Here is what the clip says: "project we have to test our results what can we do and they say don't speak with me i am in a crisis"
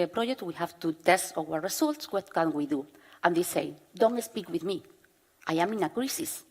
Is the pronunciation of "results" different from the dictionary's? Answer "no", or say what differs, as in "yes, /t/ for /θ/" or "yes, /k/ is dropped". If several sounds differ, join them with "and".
yes, /s/ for /z/